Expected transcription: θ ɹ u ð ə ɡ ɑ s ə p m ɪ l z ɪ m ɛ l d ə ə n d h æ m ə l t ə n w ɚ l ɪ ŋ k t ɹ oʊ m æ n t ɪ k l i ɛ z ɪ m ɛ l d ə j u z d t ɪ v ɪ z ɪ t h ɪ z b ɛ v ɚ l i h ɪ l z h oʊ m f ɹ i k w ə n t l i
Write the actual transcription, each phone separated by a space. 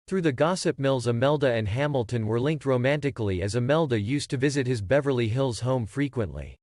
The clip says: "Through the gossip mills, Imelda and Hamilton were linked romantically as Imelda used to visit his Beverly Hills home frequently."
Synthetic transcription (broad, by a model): θ ɹ u ð ə ɡ ɑ s ə p m ɪ l z ɪ m ɛ l d ə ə n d h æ m l t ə n w ɚ l ɪ ŋ k t ɹ oʊ m æ n t ɪ k l i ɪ z ɪ m ɛ l d ə j u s t ɪ v ɪ z ɪ t h ɪ z b ɛ v ɚ l i h ɪ l z h oʊ m f ɹ i k w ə n t l i